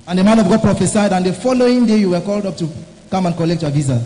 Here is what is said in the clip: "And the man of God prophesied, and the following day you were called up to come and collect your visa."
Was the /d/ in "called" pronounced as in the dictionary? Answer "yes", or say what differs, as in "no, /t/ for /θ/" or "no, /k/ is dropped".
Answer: yes